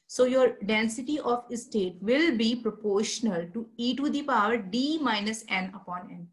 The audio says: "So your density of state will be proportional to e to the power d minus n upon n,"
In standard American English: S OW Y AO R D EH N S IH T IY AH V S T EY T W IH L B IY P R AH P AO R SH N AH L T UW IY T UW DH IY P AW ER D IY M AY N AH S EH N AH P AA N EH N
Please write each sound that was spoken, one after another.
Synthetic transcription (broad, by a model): S OW Y AO R D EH N S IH T IY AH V S T EY T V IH L B IY P R AH P AO R SH N AH L T UW IY T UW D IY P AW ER D IY M AY N AH S EH N AH P AA N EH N